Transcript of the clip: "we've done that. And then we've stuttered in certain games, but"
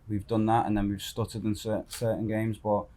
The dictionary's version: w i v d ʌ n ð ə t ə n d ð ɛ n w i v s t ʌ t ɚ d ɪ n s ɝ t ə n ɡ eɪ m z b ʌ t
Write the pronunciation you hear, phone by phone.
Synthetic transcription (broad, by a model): w i v d ʌ n ð ə t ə n ð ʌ n w i v s t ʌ t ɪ d ɪ n s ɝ s ə n ɡ eɪ m z b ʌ t